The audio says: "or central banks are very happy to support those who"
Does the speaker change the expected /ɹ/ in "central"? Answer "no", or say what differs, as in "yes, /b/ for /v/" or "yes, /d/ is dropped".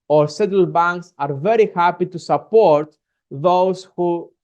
yes, /ɹ/ is dropped